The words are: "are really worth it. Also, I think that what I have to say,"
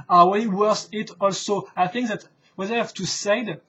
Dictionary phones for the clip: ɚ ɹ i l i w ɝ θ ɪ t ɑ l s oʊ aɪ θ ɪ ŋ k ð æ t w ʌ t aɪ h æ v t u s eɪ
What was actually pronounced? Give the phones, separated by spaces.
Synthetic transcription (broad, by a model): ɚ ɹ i w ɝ s ɪ t ɑ l s oʊ aɪ θ ɪ ŋ k ð æ t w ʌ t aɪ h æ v t u s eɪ